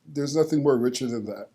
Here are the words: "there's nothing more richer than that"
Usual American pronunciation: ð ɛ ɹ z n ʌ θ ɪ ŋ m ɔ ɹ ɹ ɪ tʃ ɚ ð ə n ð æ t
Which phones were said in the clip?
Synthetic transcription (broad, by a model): ð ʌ ɹ z n ʌ θ ɪ ŋ m ɔ ɹ ɹ ɪ tʃ ɚ ð ə n ð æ t